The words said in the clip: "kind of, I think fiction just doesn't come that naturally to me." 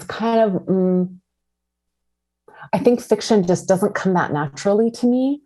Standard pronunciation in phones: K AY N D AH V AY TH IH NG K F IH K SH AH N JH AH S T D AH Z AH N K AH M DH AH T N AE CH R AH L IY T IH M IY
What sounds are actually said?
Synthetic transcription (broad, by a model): K AY N D AH V AY TH IH NG K F IH K SH AH N JH AH S D AH Z AH N K AH M DH AH T N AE CH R L IY T IH M IY